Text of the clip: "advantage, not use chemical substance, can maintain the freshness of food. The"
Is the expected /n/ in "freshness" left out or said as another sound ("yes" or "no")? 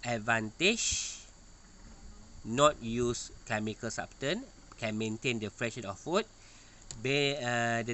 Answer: yes